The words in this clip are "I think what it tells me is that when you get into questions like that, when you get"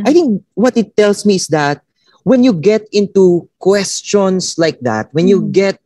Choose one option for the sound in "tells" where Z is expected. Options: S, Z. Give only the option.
S